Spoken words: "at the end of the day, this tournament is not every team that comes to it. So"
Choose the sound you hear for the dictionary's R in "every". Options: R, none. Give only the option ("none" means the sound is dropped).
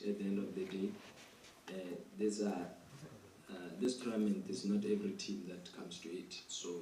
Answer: R